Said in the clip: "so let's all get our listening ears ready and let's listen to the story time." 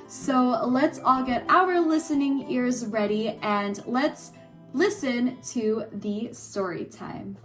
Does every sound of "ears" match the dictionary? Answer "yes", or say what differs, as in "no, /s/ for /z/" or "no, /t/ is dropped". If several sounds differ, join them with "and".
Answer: yes